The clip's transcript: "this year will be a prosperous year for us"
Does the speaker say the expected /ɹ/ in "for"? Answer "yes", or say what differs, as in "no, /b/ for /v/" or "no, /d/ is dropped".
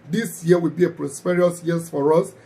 yes